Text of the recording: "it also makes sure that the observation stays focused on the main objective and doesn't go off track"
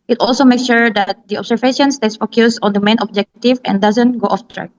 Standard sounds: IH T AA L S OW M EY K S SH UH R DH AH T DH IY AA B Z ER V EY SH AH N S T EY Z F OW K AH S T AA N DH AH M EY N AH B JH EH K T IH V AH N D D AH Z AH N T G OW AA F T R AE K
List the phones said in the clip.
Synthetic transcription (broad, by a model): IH T AA L S OW M EY K S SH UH R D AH T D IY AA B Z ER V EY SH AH N S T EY S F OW K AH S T AA N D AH M EY N AH B JH EH K T IH V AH N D D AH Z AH N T G OW AA F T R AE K